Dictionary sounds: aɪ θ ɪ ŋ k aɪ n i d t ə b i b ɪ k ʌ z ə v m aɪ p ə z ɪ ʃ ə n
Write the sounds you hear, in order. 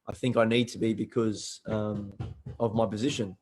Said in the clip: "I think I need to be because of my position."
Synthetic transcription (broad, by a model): aɪ θ ɪ ŋ k aɪ n i d t ə b i b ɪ k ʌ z ə v m aɪ p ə z ɪ ʃ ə n